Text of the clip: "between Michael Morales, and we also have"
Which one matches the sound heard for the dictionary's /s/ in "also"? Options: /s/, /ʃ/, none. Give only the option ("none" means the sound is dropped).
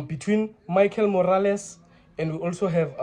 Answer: /s/